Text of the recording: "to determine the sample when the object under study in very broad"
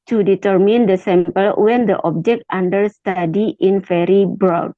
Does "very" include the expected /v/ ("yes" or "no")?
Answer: no